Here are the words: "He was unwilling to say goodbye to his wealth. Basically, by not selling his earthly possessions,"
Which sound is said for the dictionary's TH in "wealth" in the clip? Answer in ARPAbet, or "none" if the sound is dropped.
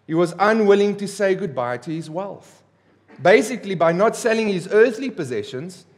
TH